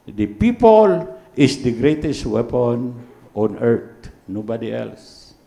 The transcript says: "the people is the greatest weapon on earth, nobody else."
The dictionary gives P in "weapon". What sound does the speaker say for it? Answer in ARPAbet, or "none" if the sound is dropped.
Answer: P